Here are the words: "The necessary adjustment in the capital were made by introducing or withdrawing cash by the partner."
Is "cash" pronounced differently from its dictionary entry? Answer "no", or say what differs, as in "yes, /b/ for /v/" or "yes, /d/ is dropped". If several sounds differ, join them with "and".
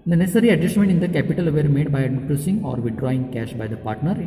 no